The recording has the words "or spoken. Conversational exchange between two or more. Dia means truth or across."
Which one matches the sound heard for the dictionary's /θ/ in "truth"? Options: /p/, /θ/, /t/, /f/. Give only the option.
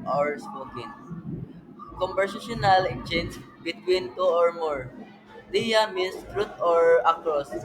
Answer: /t/